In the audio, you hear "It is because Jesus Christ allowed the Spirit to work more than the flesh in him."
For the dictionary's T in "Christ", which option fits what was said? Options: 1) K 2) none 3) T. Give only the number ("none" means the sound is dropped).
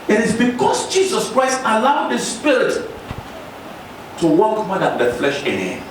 3